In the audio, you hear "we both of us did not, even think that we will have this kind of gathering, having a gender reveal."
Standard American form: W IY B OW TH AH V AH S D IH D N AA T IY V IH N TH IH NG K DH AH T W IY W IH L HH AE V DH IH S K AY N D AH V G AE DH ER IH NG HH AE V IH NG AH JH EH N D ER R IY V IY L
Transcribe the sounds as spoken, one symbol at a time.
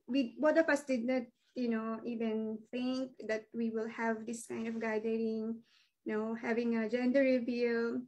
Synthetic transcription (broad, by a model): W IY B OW T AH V AH S D IH D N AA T IY V IH N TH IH NG K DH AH T W IY W IH L HH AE V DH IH S K AY N D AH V G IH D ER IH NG HH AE V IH NG AH JH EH N D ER R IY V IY L